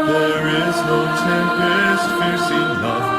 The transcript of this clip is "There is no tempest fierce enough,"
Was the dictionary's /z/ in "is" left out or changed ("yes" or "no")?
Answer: no